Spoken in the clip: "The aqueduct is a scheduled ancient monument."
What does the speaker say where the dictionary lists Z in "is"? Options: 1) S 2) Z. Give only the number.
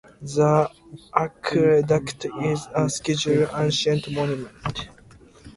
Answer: 2